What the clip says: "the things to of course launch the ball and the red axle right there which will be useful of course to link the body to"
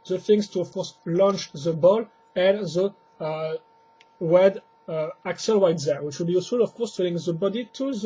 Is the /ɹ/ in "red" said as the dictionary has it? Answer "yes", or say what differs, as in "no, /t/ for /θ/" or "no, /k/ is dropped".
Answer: no, /w/ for /ɹ/